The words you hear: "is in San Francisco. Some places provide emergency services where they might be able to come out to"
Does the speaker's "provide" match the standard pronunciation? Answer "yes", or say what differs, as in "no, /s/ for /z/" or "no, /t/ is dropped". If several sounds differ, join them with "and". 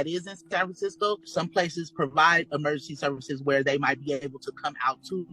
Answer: yes